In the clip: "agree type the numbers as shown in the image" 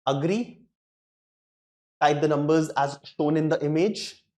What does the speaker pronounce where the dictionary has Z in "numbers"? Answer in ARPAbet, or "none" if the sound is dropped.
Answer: Z